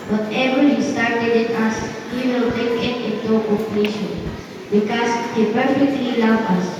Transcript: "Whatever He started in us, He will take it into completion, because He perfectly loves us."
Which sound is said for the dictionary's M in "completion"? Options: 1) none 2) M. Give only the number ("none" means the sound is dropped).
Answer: 1